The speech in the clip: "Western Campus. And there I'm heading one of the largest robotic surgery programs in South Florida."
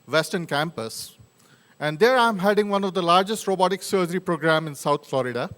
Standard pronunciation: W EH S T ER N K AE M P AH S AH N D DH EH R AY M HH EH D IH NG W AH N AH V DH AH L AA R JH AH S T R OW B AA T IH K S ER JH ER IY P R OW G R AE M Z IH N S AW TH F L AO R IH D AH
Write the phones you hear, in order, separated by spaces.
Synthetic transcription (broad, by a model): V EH S T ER N K AE M P AH S AH N D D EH R AY M HH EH D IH NG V AH N AH V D AH L AA R JH AH S T R OW B AA T IH K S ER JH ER IY P R OW G R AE M IH N S AW T F L AO R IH D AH